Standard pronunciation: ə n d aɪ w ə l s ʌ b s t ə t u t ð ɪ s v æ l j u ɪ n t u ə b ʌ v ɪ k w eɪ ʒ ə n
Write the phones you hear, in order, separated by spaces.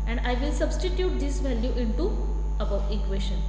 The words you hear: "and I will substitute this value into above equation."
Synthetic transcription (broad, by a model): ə n d aɪ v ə l s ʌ b s t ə t u t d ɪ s v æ l j u ɪ n t u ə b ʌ ɪ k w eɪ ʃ ə n